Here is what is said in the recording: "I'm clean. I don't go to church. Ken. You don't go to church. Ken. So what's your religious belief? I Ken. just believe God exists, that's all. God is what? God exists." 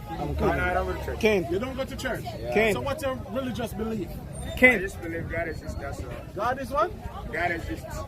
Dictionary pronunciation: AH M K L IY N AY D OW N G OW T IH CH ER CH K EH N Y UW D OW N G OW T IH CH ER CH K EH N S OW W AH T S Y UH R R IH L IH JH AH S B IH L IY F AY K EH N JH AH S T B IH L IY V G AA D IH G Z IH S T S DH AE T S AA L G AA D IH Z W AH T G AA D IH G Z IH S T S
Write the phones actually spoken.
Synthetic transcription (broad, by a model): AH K IY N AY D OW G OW T IH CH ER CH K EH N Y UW D OW N G OW T IH CH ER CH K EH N S OW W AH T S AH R R IH L IH JH AH S B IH L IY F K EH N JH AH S B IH L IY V G AA D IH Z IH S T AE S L G AA D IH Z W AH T G AA D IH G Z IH S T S